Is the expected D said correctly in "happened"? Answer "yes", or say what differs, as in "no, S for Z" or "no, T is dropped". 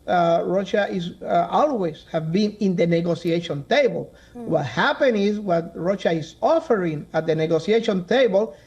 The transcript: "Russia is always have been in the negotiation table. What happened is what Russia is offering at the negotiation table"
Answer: no, D is dropped